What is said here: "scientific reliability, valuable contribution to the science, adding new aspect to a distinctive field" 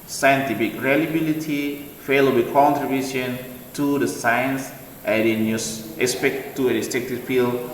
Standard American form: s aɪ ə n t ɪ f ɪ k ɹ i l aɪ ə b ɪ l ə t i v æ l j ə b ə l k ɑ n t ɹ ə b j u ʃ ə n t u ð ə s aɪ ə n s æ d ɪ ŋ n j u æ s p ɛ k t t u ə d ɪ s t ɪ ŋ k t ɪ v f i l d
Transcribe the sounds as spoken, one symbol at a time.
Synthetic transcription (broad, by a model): s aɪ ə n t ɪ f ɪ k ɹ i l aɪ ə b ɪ l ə t i f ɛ l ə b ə k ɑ n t ɹ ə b j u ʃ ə n t u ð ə s aɪ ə n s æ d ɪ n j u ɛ s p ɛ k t t u ə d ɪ s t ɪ k t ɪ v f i l